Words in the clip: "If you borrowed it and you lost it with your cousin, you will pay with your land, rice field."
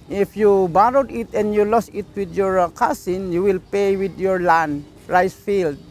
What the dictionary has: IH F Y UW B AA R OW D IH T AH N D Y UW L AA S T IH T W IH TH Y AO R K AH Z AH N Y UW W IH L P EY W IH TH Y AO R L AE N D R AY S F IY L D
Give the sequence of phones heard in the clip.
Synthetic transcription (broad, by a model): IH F Y UW B AA R OW D IH T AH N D Y UW L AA S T IH T W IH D Y AO R K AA S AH N Y UW W IH L P EY W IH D Y AO R L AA N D R AY S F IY L D